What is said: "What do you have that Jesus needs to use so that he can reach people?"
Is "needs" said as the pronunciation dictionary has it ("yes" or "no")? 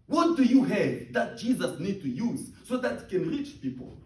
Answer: no